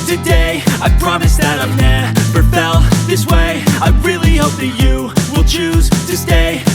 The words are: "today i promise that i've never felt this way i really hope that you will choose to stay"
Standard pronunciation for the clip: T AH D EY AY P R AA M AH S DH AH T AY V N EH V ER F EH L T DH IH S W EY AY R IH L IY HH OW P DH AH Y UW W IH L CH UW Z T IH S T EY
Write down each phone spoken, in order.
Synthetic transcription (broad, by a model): T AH D EY AY P R AA M AH S DH AH T AY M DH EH P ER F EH L DH IH S W EY AY R IH L IY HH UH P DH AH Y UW W IH L CH UW Z T IH S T EY